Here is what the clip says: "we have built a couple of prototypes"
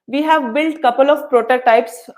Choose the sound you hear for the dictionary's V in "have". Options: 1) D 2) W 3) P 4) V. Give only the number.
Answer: 4